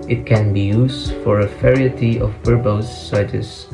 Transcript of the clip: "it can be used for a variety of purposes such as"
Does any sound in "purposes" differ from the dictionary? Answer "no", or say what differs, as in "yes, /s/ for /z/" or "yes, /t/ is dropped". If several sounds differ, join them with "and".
yes, /b/ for /p/ and /s/ is dropped